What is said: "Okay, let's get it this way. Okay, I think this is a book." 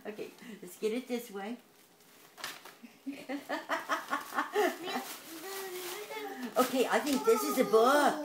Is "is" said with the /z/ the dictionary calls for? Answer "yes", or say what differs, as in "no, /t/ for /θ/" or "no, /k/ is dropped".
yes